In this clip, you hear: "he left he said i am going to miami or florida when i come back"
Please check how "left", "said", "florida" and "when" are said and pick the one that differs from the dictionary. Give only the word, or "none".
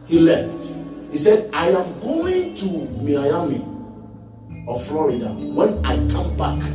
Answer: none